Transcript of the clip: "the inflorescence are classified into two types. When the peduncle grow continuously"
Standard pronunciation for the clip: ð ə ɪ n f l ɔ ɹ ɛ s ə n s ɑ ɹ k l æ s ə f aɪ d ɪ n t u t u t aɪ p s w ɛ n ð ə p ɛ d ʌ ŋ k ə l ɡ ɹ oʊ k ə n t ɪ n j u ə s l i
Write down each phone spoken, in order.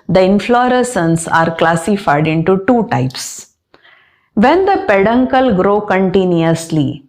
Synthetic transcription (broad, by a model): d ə ɪ n f l ɔ ɹ ɛ s ə n s ɑ ɹ k l æ s ə f aɪ d ɪ n t u t u t aɪ p s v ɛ n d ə p ɛ d ʌ ŋ k ə l ɡ ɹ oʊ k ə n t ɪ n j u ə s l i